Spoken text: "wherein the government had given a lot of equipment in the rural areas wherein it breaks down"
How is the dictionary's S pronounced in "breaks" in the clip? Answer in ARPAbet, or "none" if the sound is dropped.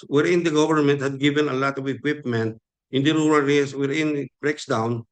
S